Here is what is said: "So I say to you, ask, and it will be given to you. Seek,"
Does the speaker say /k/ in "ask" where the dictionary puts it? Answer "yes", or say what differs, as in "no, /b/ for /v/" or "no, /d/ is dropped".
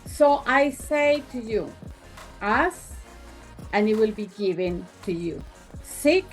no, /k/ is dropped